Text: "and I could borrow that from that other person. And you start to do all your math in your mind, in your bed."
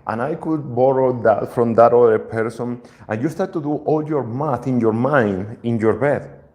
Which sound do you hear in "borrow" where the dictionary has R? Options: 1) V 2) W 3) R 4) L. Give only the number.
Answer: 3